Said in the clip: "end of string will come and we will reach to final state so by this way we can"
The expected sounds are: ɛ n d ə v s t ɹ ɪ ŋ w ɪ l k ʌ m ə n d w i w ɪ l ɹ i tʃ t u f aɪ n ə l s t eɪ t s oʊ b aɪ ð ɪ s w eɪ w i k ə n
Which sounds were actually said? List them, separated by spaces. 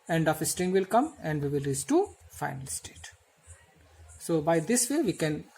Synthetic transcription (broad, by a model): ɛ n d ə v s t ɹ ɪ ŋ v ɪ l k ʌ m ə n d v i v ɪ l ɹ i s t u f aɪ n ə l s t eɪ t s oʊ b aɪ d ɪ s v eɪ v i k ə n